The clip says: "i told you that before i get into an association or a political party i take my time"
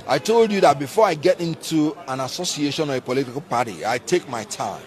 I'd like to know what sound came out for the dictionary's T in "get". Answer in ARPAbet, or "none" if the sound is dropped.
T